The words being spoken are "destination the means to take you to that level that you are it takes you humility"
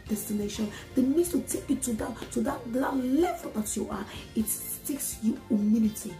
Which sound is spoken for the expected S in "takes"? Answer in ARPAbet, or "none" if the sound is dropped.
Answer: S